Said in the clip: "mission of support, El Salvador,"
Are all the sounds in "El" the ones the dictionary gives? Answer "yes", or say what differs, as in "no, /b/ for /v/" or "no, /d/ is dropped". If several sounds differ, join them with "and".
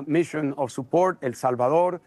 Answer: yes